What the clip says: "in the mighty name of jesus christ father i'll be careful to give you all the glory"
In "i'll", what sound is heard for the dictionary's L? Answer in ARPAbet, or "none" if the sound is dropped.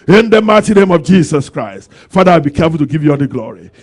W